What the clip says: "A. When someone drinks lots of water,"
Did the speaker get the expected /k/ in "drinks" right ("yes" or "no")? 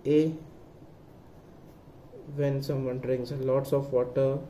no